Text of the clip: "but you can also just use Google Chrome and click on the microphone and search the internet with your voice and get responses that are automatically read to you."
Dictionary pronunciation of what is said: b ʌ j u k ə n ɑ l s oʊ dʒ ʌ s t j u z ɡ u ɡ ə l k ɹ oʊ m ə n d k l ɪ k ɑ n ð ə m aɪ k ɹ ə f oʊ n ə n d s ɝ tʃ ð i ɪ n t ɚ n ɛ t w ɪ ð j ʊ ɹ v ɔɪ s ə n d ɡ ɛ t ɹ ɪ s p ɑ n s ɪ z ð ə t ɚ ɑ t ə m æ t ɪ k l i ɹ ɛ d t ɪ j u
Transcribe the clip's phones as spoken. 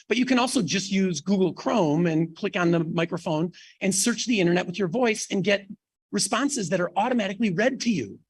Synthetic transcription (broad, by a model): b ʌ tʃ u k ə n ɑ l s oʊ dʒ ʌ s t j u z ɡ u ɡ l k ɹ oʊ m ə n k l ɪ k n ð ə m aɪ k ɹ ə f oʊ n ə n s ɝ tʃ ð i ɪ t ɚ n ɛ t w ɪ ð j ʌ ɹ v ɔɪ s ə n ɡ ɛ t ɹ ɪ s p ɑ n s ɪ z ð ə t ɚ ɑ t ə m æ t ɪ k l i ɹ ɛ d t ɪ j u